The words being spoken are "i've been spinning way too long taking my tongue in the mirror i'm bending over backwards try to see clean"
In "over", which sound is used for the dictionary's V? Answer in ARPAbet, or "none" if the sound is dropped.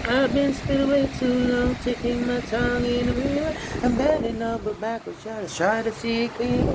B